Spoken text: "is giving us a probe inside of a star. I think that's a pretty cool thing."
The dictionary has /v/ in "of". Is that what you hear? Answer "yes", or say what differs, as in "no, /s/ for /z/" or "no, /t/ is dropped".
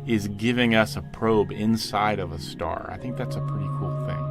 yes